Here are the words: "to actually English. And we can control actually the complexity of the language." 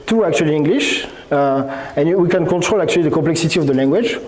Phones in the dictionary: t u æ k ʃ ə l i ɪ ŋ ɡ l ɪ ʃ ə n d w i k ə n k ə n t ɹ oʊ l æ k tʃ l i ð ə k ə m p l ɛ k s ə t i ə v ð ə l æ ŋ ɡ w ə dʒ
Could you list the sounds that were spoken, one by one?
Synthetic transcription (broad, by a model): t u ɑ k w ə l i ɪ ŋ ɡ l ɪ ʃ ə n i w i k ə n k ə t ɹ oʊ l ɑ k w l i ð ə k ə p l ɛ k s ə t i ə v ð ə l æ ŋ ɡ w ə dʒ